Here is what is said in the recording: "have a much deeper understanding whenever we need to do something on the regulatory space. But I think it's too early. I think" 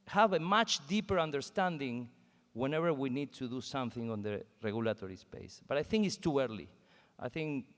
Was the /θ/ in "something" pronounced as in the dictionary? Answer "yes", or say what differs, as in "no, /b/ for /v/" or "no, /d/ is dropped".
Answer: yes